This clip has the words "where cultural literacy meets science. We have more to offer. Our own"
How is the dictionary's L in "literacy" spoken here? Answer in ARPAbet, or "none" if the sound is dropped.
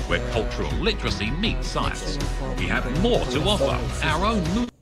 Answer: L